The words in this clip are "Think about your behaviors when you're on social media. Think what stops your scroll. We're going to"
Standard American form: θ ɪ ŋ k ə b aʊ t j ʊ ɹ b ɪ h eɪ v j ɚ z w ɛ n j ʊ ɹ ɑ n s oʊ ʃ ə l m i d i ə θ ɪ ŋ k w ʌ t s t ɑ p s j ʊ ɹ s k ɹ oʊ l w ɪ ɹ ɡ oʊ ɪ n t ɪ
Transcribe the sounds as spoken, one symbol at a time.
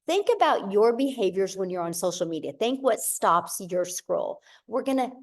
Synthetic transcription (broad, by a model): θ ɪ ŋ k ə b aʊ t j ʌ ɹ b ɪ h eɪ v j ɚ z w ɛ n j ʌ ɹ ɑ n s oʊ ʃ l m i d i ə θ ɪ ŋ k w ʌ t s t ɑ p s j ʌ ɹ s k ɹ oʊ l w ɪ ɹ ɡ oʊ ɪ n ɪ